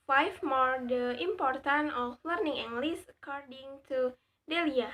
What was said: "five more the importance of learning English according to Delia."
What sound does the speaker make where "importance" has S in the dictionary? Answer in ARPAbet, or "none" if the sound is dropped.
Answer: none